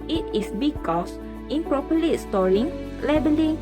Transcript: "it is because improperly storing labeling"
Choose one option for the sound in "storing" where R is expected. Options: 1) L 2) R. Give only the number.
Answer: 2